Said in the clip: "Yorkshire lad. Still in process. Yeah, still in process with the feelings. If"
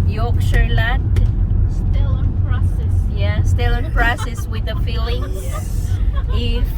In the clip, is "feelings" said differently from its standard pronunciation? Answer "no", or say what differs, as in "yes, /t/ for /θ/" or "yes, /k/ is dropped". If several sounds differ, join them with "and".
yes, /z/ is dropped